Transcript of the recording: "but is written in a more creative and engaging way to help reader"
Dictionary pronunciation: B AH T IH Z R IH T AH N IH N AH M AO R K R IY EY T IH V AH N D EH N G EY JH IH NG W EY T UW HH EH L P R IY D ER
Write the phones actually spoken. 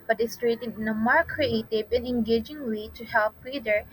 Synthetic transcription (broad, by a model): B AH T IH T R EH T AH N IH N AH M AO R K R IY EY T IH B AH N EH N G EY JH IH NG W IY T UW HH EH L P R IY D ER